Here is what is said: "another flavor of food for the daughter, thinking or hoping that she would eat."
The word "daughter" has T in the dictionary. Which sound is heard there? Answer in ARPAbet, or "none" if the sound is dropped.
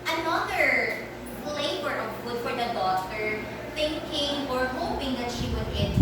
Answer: S